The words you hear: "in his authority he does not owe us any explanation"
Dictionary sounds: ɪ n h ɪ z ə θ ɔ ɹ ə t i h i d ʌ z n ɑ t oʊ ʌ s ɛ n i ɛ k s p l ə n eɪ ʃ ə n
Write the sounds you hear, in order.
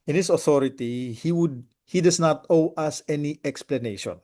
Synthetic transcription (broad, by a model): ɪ n h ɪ s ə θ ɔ ɹ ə t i h i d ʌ s n ɑ t oʊ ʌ s ɛ n i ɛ k s p l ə n eɪ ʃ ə n